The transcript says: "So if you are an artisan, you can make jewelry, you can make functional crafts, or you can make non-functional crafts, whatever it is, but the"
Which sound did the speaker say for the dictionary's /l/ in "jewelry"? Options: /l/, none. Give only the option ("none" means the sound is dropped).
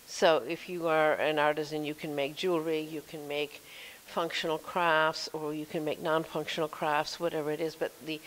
/l/